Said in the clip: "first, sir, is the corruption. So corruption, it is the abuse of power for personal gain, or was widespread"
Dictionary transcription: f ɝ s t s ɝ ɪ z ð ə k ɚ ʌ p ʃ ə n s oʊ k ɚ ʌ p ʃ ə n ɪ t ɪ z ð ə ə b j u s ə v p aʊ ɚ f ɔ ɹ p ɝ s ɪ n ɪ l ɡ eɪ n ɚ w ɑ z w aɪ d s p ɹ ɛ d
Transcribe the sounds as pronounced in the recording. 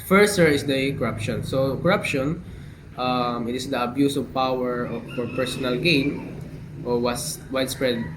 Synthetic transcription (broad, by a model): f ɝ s s ɝ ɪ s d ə k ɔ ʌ p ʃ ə n s oʊ k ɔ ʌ p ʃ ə n ɪ t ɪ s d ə ə b j u s ə v p aʊ ɚ f ɔ ɹ p ɝ s ɪ n ɪ l ɡ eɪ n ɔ w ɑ s w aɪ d s p ɹ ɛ d